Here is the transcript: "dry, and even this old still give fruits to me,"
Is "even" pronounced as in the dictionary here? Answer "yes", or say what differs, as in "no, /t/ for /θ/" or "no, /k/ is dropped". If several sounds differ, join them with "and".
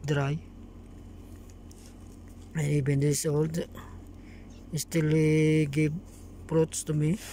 no, /b/ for /v/